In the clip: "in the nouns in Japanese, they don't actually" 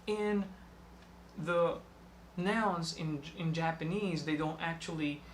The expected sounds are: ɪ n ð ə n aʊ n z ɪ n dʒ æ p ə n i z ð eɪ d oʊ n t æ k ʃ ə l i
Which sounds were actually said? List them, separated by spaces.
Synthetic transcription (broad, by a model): ɪ n ð ə n aʊ n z ɪ n dʒ æ p ə n i z ð eɪ d oʊ n t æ k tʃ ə l i